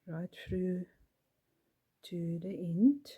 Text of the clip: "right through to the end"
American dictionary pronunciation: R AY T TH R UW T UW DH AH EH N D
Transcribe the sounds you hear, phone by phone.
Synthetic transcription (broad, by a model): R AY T F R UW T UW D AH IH N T